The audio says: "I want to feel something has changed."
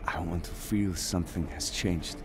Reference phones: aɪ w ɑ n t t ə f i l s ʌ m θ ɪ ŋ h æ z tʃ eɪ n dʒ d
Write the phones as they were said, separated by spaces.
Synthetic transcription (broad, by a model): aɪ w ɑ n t t ə f i l s ʌ m θ ɪ ŋ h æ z tʃ eɪ n dʒ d